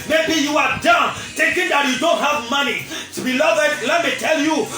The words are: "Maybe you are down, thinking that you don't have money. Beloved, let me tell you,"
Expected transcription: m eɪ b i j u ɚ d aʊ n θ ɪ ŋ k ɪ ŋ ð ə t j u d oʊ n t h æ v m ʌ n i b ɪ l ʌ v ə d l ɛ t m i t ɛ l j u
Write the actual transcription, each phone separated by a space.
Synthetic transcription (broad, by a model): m eɪ b i j u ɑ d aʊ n t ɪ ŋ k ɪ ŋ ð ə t j u d oʊ n t h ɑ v m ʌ n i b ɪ l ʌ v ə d l ɛ t m i t ɛ l j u